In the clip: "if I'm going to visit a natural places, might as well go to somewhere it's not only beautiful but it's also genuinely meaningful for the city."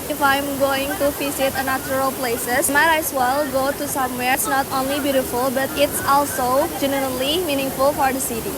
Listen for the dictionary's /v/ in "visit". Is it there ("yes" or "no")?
no